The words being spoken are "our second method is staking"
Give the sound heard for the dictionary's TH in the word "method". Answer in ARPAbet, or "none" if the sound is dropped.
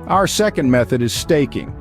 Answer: TH